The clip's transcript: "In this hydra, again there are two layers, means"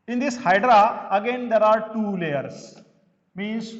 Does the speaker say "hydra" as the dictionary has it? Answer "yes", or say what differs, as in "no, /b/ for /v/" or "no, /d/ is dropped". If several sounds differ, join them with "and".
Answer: yes